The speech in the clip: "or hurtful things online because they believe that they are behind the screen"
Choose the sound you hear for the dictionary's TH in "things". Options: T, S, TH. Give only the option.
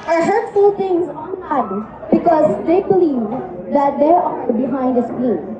T